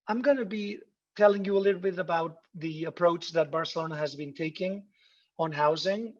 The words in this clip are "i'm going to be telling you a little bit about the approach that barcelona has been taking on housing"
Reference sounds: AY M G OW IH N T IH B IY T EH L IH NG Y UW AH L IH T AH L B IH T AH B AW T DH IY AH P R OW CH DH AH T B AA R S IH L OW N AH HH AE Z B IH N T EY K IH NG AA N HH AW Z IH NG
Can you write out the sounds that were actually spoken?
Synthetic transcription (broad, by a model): AY M G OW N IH B IY T EH L IH NG Y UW AH L IH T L B IH T AH B AW T DH IY AH P R OW CH DH AH T B AA R S IH L OW N AH HH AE Z B IH N T EY K IH NG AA N HH AW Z IH NG